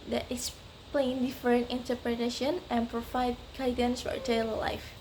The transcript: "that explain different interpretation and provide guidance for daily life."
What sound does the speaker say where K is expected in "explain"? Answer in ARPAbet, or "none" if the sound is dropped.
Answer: none